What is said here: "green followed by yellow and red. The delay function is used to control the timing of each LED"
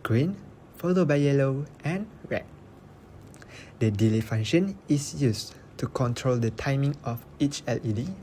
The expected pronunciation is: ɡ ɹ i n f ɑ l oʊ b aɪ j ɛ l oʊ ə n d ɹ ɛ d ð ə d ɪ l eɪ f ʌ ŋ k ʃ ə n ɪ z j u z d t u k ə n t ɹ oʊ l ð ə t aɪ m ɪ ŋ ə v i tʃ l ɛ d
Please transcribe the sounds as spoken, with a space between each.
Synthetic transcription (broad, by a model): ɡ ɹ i n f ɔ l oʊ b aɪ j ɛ l oʊ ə n ɹ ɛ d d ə d ɪ l eɪ f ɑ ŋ ʃ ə n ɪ s j u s t u k ə n t ɹ oʊ l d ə t aɪ m ɪ ŋ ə f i tʃ l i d